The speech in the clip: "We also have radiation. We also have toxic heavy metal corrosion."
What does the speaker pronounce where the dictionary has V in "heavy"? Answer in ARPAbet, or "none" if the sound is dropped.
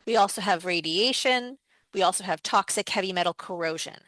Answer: V